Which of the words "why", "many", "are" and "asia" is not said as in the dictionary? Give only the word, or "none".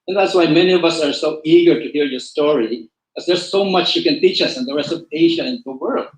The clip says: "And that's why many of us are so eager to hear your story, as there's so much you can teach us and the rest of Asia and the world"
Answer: asia